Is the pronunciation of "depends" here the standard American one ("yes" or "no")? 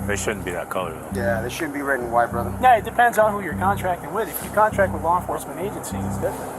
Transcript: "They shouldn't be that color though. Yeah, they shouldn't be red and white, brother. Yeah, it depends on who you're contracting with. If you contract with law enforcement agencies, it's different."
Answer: yes